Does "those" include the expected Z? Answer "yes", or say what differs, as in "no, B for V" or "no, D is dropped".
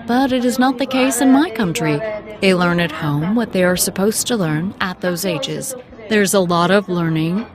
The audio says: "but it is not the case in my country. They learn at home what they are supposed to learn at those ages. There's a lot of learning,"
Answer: yes